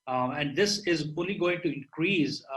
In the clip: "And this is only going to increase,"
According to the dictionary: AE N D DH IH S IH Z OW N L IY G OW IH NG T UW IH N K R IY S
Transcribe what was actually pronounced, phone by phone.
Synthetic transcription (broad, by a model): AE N D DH IH S IH Z OW N L IY G OW IH NG T UW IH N K R IY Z